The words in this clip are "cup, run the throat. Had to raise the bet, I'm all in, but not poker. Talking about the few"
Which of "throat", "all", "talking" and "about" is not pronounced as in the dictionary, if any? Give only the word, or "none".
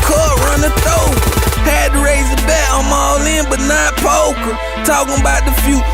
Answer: throat